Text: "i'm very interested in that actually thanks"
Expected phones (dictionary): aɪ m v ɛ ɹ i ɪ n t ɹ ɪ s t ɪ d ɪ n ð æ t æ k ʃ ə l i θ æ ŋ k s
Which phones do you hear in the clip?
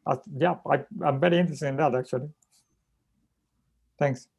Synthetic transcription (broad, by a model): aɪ m v ɛ ɹ i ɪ n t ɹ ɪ s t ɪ ɪ n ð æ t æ k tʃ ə l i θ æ ŋ k s